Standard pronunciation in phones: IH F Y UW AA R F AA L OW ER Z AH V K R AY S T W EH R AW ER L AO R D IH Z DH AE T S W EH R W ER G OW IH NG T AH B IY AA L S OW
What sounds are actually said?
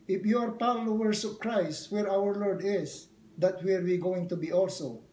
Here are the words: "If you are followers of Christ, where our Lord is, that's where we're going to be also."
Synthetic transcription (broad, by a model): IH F Y UW AA R P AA L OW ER S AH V K R AY S T W EH R AW ER L AO R D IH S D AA T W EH R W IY G OW IH NG T AH B IY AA L S OW